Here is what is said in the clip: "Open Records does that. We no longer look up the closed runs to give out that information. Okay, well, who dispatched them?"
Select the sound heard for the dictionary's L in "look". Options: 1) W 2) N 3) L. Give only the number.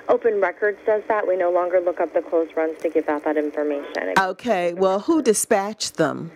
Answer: 3